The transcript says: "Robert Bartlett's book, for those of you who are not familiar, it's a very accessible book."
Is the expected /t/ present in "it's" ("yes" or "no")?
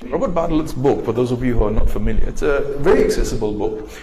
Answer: yes